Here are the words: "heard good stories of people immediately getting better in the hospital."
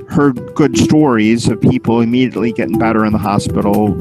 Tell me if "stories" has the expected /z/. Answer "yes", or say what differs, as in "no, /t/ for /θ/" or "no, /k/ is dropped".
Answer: yes